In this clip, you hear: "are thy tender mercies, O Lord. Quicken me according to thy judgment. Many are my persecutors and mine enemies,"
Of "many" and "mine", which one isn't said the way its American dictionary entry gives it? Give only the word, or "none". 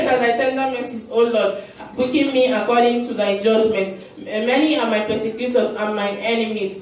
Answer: mine